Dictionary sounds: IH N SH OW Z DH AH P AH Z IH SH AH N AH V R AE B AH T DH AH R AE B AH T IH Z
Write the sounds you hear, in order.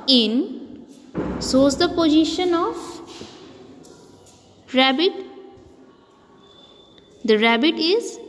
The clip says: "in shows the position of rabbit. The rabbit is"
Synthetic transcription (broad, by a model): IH N S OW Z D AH P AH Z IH SH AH N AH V R AE B AH T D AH R AE B AH T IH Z